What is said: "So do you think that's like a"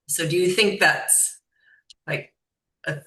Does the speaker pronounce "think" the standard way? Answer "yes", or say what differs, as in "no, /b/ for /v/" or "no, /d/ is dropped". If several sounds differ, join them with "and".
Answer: yes